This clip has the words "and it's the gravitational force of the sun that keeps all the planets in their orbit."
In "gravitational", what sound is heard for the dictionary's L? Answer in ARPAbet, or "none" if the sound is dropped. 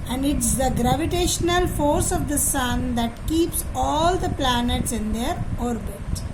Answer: L